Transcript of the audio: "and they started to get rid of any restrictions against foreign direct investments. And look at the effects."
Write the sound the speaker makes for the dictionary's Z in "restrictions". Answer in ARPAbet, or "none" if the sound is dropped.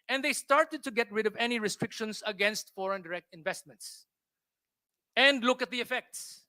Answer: S